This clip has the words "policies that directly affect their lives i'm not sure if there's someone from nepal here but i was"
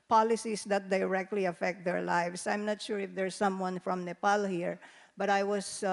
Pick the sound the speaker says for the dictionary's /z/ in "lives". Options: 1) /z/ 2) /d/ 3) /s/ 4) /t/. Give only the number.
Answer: 3